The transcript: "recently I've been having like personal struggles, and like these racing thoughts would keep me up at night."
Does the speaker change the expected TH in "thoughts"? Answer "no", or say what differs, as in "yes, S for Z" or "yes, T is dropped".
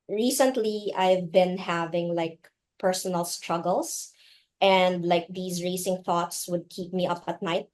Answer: no